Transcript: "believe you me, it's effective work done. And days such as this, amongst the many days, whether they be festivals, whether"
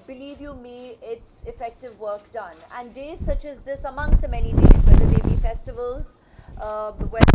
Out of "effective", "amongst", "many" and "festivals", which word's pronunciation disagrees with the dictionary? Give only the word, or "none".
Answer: none